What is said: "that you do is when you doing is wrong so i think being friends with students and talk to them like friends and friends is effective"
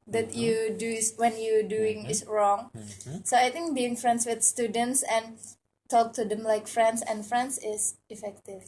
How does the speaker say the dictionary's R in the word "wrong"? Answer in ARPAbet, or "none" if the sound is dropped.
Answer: R